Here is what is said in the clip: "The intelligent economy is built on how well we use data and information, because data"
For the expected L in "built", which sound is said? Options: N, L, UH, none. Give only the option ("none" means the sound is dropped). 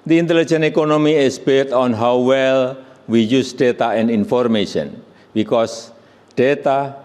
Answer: none